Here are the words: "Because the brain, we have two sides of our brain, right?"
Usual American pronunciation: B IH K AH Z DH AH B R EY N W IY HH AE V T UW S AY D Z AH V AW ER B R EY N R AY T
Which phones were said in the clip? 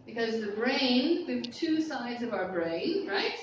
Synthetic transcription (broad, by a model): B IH K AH Z DH AH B R EY N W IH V T UW S AY D Z AH V AW ER B R EY N R AY T